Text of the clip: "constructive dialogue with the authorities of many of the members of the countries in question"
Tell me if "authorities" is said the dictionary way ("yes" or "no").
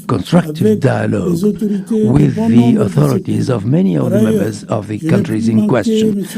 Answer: yes